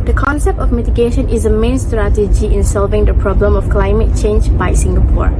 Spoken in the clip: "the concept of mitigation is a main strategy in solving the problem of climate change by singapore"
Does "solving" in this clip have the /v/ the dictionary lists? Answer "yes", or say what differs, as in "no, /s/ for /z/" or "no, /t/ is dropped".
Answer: yes